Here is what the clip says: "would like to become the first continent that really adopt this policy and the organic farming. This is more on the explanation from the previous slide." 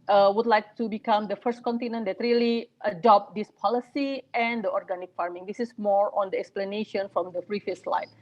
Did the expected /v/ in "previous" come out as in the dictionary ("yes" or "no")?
no